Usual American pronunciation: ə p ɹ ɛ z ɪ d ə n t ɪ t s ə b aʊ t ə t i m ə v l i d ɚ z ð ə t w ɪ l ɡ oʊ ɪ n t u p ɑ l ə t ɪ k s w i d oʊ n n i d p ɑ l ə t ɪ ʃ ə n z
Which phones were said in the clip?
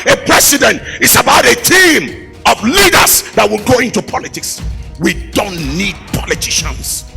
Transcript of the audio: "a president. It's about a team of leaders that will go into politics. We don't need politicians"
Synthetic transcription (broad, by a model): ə p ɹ ɛ s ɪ d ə n t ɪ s ə b aʊ t ə t i m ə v l i d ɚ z ð ə t w ɪ l ɡ oʊ ɪ n t u p ɑ l ə t ɪ k s w i d oʊ n n i d p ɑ l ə t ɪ ʃ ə n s